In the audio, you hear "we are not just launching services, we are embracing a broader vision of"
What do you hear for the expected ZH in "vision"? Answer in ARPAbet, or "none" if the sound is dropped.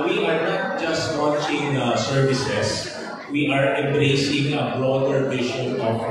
SH